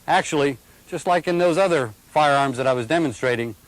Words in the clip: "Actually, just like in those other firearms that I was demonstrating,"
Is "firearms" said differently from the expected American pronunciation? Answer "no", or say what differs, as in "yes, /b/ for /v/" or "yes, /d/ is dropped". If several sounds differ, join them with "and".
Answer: no